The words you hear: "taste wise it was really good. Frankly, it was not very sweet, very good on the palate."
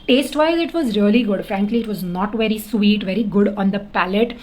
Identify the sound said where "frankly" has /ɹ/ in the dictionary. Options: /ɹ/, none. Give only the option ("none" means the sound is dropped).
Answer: /ɹ/